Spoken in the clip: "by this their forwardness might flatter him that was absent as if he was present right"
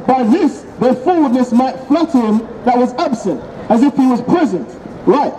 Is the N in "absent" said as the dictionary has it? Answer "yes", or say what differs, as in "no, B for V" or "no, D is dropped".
yes